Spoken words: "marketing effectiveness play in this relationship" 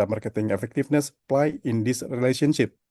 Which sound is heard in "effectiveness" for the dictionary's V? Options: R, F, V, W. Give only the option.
F